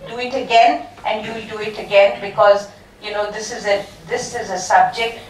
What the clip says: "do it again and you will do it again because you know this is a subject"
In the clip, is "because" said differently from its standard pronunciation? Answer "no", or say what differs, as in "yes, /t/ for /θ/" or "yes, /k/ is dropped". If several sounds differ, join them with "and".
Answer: no